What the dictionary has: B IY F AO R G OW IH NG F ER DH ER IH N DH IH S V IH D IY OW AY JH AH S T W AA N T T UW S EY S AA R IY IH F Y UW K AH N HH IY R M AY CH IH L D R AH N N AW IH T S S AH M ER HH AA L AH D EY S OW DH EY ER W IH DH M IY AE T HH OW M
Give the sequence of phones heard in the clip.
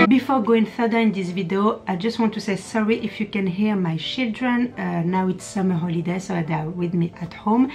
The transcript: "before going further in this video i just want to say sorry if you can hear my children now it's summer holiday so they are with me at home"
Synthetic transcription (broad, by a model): B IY F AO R G OW IH NG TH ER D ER IH N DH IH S V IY D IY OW AY JH AH S T W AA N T T UW S EY S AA R IY IH F Y UW K AH N HH IY R M AY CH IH L D R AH N N AW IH T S S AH M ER HH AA L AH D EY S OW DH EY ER W IH DH M IY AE T HH OW M